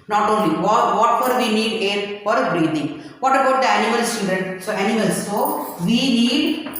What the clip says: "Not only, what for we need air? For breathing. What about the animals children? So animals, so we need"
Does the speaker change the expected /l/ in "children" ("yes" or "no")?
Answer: yes